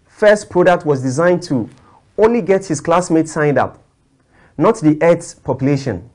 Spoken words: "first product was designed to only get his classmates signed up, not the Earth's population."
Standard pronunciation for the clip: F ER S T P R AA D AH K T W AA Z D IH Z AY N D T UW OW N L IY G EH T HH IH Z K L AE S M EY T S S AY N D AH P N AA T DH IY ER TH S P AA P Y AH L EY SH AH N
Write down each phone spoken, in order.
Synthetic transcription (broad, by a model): F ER S T P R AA D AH K T W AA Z D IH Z AY N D T UW OW N L IY G EH T HH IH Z K L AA S M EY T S S AY N D AH P N AA T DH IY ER T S P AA P Y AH L EY SH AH N